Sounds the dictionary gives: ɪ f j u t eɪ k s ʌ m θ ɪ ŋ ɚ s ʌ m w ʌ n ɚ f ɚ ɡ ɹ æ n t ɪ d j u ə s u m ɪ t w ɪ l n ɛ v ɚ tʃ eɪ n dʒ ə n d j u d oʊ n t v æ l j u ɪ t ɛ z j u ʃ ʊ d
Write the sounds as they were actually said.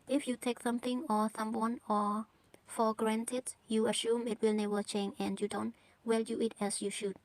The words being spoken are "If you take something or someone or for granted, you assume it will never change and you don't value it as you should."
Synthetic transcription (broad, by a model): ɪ f j u t eɪ k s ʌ m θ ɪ ŋ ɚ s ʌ m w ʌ n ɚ f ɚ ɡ ɹ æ n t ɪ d j u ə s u m ɪ t w ɪ l n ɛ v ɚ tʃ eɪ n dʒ ə n d j u d oʊ n t w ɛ l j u ɪ t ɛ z j u ʃ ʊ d